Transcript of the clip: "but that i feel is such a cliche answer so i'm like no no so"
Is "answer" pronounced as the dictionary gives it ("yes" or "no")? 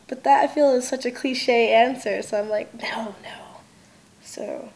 yes